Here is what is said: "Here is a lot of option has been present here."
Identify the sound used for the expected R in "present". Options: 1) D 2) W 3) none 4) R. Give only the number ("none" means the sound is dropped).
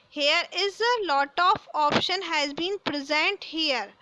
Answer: 4